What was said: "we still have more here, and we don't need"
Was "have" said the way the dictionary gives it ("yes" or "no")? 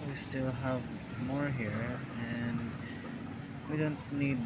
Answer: yes